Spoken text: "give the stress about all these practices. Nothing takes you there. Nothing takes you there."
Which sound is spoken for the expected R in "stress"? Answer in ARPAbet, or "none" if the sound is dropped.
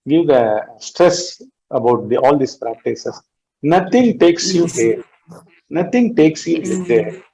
R